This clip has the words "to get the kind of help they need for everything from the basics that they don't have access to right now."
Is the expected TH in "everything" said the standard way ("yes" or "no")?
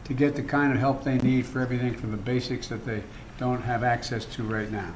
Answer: yes